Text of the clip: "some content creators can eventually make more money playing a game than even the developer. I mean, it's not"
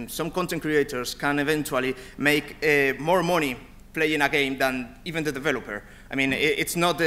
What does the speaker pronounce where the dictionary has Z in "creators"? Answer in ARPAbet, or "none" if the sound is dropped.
S